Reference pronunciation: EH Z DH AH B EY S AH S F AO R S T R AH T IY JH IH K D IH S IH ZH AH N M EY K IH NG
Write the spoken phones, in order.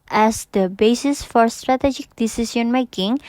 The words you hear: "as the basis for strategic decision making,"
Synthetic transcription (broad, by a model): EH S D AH B EY S AH S F AO R S T R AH T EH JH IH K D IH S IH S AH N M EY K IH NG